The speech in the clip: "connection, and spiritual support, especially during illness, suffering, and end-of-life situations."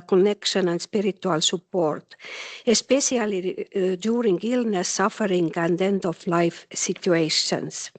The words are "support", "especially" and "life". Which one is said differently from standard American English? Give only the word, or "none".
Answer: especially